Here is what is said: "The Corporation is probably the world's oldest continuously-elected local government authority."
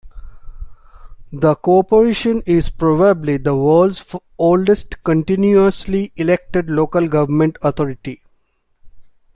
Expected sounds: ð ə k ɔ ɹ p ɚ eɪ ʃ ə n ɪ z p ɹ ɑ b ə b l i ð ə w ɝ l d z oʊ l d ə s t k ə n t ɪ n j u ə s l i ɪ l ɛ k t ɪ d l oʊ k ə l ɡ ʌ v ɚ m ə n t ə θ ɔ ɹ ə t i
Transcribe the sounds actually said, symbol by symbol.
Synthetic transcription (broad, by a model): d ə k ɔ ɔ p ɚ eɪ ʃ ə n ɪ z p ɹ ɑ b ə b l i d ə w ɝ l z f oʊ l d ə s t k ə n t ɪ n j u ə s l i ɪ l ɛ k t ɪ d l oʊ k ə l ɡ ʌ v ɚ m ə n t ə t ɔ ɹ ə t i